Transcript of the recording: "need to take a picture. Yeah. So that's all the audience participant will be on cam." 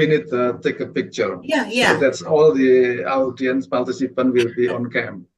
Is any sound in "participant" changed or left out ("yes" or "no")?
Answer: yes